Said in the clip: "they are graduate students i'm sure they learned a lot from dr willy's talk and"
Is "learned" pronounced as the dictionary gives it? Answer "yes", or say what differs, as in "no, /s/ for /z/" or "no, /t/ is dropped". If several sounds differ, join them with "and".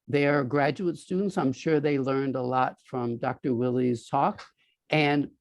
yes